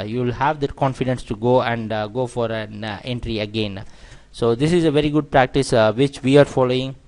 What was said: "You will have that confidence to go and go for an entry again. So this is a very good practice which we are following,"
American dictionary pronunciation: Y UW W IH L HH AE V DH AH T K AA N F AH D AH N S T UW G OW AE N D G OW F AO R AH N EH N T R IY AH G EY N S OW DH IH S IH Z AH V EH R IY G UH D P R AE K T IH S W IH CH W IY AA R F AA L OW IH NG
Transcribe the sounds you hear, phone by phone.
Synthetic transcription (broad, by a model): Y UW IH L HH AE V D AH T K AA N F AH D AH N S T UW G OW AE N D G OW F AO R AH N EH N T R IY AH G EY N S OW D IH S IH Z AH V EH R IY G UH D P R AE K T IH S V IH CH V IY AA R F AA L OW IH NG